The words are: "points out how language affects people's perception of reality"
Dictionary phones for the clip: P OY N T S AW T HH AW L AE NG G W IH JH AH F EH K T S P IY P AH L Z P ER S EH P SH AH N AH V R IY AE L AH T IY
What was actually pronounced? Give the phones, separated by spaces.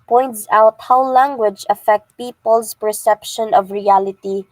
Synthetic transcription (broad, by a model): P OY N T S AW T HH AW L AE NG G W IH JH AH F EH K T P IY P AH L S P ER S EH P SH AH N AH V R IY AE L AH T IY